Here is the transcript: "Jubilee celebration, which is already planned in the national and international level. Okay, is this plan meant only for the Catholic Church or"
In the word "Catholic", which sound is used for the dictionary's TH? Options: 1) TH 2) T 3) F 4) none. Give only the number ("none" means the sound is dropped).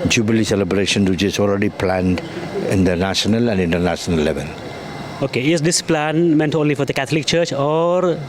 2